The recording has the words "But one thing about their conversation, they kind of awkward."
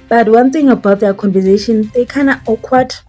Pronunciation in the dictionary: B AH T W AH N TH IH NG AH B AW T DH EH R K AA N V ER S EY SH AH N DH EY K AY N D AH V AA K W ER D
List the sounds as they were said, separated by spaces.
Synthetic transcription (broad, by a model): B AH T W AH N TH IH NG AH B AW T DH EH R K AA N V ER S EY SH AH N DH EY K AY N AH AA K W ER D